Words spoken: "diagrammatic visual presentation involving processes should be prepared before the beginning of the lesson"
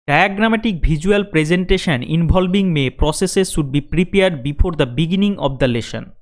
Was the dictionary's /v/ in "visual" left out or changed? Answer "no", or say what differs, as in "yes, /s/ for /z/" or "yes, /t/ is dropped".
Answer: yes, /b/ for /v/